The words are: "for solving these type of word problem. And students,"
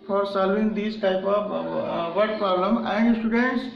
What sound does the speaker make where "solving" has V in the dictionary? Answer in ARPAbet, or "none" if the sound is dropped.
none